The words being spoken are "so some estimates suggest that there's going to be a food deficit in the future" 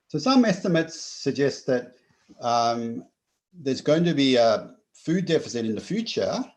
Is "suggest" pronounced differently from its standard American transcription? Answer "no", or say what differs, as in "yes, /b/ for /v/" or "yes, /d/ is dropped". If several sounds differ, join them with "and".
no